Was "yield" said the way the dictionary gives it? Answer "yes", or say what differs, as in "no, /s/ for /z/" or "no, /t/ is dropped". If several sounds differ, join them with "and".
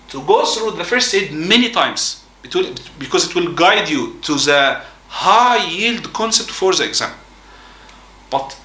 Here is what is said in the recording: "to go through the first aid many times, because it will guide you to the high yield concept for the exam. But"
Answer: yes